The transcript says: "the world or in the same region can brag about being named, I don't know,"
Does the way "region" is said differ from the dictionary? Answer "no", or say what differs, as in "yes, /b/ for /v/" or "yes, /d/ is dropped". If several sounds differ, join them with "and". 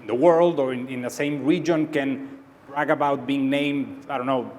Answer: no